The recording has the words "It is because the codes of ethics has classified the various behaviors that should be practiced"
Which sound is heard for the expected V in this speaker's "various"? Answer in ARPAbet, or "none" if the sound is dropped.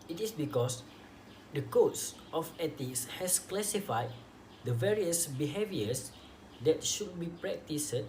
V